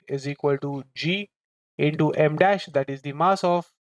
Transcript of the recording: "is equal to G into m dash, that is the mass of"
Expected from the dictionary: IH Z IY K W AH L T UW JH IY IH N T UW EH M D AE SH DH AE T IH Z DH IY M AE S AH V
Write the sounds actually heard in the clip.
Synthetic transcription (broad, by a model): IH Z IY K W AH L T UW JH IY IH N T UW EH M D AE SH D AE T IH Z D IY M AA S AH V